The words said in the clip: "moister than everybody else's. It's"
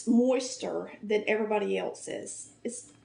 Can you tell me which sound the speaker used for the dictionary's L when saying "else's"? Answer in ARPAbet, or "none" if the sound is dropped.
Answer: L